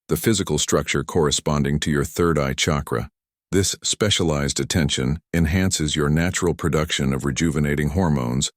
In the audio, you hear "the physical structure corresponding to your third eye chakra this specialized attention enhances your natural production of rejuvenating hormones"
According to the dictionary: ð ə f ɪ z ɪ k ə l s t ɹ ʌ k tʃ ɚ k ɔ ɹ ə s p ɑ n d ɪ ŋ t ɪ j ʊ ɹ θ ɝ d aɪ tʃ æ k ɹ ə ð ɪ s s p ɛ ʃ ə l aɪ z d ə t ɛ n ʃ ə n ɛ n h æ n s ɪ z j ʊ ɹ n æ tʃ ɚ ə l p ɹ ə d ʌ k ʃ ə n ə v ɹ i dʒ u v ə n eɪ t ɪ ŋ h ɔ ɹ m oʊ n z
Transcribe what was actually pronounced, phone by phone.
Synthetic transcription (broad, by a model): ð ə f ɪ z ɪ k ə l s t ɹ ʌ k tʃ ɚ k ɔ ɹ ə s p ɑ n d ɪ ŋ t ɪ j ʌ ɹ θ ɝ d aɪ tʃ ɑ k ɹ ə ð ɪ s s p ɛ ʃ ə l aɪ z d ə t ɛ n ʃ ə n ɛ n h æ n s ɪ z j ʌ ɹ n æ tʃ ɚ l p ɹ ə d ʌ k ʃ ə n ə v ɹ i dʒ u v ə n eɪ t ɪ ŋ h ɔ ɹ m oʊ n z